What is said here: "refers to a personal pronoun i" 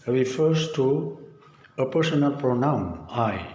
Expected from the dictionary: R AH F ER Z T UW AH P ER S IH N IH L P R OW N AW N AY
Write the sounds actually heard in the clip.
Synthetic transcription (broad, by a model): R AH F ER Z T UW AH P ER S IH N IH L P R OW N AW N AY